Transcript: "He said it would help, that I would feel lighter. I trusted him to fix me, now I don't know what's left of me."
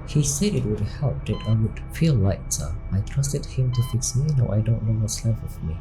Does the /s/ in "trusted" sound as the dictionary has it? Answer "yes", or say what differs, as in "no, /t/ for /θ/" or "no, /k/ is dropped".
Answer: yes